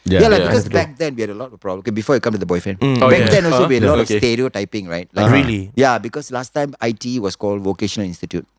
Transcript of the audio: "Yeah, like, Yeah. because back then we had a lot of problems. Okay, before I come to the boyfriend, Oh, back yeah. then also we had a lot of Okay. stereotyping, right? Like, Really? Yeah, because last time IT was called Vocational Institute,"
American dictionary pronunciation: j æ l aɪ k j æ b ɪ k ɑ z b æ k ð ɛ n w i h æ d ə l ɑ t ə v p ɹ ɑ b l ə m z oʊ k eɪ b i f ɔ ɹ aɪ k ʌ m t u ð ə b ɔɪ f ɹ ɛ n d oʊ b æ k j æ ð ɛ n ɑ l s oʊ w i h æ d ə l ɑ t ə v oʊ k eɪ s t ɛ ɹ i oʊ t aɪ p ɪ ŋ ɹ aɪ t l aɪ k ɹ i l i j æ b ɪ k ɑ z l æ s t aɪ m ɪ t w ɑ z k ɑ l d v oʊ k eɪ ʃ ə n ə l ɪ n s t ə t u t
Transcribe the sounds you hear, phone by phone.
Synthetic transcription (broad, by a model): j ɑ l aɪ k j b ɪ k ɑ s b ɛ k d ɛ n w i h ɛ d ə l ɑ t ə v p ɹ ɑ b ə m oʊ k eɪ b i f ɔ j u k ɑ m t u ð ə b ɔɪ f ɹ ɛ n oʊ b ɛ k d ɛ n ɑ l s oʊ w i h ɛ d ə l ɑ t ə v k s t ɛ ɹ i oʊ t aɪ p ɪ ŋ ɹ aɪ t l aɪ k ɹ i l i j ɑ b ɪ k ɑ s l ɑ s t aɪ m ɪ t w ɑ s k ɑ l d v oʊ k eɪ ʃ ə n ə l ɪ n s t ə t u t